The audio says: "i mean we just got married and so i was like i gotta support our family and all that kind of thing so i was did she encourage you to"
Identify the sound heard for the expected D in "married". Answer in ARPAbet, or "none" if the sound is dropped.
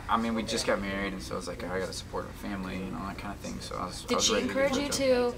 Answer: D